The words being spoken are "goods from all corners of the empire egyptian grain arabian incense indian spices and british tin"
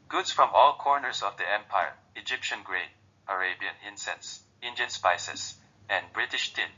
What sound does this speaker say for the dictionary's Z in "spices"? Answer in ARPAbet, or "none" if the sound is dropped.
S